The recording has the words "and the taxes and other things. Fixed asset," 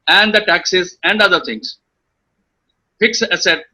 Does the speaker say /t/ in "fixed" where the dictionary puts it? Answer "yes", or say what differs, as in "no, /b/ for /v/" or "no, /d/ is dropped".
no, /t/ is dropped